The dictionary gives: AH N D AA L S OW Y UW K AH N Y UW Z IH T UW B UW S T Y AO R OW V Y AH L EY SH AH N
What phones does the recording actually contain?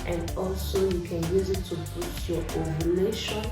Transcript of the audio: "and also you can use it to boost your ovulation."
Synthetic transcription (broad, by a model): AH N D AA L S OW Y UW K AH N Y UW Z IH T UW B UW T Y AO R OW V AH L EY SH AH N